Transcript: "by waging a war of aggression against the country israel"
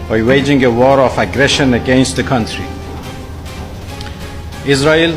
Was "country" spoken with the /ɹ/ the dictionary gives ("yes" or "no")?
yes